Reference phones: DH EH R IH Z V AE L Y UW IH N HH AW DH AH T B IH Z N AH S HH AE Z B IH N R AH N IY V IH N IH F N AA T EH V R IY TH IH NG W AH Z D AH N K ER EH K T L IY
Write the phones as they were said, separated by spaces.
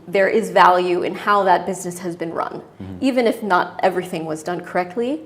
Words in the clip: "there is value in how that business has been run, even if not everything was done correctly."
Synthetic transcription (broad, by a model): DH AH R IH Z V AE L Y UW IH N HH AW DH AH T B IH Z N AH S HH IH Z B IH N R AH N IY V IH N IH F N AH T EH V R IY TH IH NG W AH Z D AH N K ER EH K T L IY